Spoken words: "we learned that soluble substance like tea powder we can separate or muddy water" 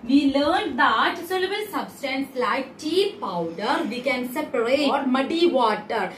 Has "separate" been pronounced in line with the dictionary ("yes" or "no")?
no